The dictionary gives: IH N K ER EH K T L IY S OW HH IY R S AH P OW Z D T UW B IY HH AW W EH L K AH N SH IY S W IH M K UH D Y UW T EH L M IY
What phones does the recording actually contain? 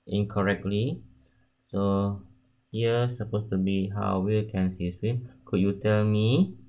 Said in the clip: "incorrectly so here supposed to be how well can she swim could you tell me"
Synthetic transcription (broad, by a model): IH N K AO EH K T L IY S OW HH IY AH S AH P OW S T UW B IY HH AW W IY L K AH N S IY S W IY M K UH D Y UW T EH L M IY